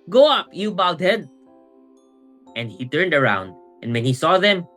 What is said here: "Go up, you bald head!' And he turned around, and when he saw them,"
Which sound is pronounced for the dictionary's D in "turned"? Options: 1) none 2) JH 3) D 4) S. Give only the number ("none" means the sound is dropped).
3